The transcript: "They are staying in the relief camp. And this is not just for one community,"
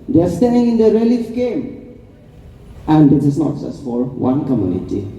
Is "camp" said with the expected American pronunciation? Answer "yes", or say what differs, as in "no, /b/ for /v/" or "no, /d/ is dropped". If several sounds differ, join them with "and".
no, /p/ is dropped